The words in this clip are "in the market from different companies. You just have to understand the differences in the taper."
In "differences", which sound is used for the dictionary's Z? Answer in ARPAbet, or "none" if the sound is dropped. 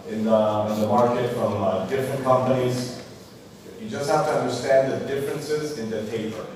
Z